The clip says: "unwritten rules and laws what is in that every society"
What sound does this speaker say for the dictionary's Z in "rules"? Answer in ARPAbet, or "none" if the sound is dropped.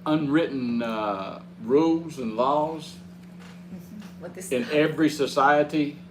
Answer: Z